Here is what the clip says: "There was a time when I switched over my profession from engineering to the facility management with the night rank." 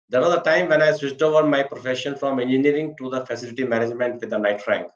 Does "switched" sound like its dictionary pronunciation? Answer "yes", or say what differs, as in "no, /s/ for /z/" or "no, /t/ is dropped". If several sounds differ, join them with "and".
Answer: no, /s/ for /tʃ/